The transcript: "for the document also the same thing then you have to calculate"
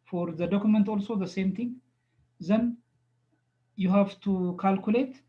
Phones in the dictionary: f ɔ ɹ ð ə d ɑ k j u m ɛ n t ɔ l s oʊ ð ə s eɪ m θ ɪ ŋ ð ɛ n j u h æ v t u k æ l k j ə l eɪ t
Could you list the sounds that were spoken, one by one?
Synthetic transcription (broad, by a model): f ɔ ɹ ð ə d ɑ k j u m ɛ n t ɔ l s oʊ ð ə s eɪ m t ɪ ŋ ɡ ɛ n j u h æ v t u k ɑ l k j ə l eɪ t